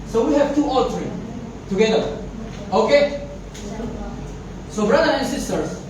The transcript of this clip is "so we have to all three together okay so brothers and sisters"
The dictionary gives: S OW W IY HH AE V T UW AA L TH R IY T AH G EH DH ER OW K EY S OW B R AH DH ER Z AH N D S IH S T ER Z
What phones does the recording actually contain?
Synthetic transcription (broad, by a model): S OW W IY HH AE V T UW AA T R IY T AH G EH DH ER OW K EY S OW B R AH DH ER AH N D S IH S T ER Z